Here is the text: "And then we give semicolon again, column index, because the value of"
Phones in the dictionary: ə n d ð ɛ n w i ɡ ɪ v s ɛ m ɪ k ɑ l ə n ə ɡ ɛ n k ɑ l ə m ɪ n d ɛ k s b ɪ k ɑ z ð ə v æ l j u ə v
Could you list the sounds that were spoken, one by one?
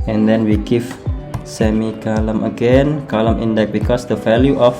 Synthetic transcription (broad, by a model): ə n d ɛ n w i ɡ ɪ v s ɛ m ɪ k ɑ l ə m ə ɡ ɛ n k ɑ l ə m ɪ n d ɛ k b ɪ k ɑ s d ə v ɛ l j u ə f